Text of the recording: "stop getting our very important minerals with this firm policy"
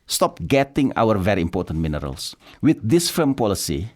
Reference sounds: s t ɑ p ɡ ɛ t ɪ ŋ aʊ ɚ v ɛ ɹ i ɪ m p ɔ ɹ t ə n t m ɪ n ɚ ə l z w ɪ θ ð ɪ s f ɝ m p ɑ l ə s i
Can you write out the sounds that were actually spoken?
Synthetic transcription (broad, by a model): s t ɑ p ɡ ɛ t ɪ ŋ aʊ ɚ v ɛ ɹ i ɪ m p ɔ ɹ t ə n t m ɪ n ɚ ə l s w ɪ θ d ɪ s f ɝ m p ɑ l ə s i